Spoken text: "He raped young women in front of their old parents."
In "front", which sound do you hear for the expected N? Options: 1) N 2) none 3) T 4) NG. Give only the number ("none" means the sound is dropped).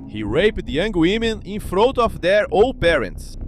2